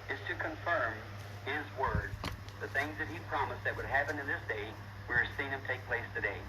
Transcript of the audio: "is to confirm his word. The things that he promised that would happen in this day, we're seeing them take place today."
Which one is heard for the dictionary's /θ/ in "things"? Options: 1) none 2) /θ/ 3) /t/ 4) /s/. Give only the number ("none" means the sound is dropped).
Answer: 2